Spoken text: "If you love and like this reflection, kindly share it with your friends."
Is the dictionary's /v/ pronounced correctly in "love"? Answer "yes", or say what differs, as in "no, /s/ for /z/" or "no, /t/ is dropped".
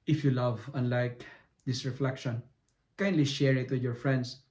yes